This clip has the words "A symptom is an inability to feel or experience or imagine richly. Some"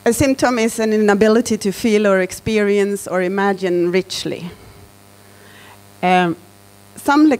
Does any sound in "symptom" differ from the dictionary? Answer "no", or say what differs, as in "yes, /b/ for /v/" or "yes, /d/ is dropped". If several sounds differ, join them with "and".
no